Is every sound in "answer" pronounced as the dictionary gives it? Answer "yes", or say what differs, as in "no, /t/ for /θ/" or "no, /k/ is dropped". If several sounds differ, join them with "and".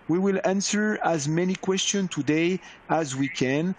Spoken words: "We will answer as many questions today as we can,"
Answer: yes